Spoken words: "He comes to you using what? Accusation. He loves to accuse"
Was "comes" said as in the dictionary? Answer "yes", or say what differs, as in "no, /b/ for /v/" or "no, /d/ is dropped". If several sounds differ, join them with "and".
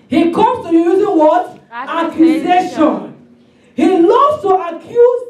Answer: no, /z/ is dropped